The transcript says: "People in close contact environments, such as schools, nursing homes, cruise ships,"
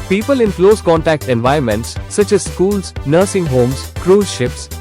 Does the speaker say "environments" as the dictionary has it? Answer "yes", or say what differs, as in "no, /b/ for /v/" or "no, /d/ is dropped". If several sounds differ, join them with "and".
no, /ɹ/ is dropped